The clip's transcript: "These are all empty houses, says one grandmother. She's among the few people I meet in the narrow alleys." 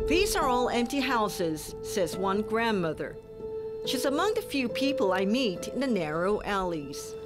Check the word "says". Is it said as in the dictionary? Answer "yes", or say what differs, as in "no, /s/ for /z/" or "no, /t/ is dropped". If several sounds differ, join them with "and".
yes